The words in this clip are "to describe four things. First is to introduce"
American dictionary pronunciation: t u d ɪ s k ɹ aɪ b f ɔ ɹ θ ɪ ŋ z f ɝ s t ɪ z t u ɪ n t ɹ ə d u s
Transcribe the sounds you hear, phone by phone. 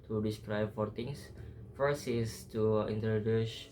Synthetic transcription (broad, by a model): t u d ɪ s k ɹ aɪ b f ɔ ɹ t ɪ ŋ s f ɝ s ɪ s t u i n t ɹ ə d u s